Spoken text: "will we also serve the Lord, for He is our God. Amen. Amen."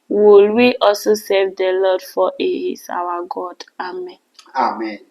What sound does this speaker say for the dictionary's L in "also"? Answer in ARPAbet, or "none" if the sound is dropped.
none